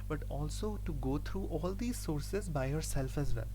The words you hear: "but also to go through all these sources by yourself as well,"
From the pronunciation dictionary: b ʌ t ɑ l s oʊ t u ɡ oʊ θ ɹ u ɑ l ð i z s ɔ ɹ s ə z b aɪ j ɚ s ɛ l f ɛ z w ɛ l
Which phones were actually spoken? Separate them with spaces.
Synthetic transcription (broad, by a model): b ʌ t ɑ l s oʊ t u ɡ oʊ t ɹ u ɑ l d i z s ɔ ɹ s ə z b aɪ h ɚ s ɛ l f ɛ z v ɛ l